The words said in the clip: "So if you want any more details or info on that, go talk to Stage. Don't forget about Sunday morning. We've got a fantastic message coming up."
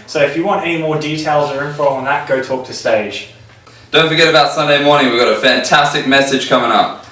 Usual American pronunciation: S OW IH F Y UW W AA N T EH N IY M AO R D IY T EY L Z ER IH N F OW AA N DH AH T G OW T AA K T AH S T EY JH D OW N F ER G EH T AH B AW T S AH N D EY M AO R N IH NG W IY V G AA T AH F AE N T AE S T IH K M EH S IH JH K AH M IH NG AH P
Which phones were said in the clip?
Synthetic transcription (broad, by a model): S OW IH F Y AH W AA N T EH N IY M AO D IY T EY L Z ER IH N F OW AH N DH AH T G OW T AA K T AH S T EY JH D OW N F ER G EH T AH B AW T S AH N D EY M AO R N IH NG W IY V G AA T AH F AE N T AE S T IH K M EH S IH JH K AH M IH NG AH P